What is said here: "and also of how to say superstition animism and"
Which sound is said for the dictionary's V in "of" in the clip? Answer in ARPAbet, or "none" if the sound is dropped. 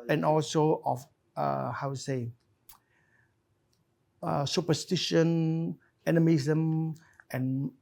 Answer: F